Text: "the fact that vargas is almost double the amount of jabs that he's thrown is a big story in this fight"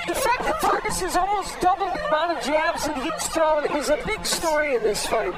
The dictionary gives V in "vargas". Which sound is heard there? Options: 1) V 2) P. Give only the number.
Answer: 2